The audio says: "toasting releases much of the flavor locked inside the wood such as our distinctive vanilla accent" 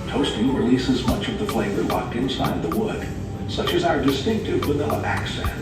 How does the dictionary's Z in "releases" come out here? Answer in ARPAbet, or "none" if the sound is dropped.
Z